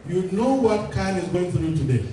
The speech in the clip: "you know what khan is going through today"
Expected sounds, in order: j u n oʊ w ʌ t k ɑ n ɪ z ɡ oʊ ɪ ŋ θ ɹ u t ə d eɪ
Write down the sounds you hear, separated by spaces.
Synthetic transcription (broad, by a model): j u n oʊ w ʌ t k ɑ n ɪ z ɡ oʊ ɪ ŋ f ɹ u t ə d eɪ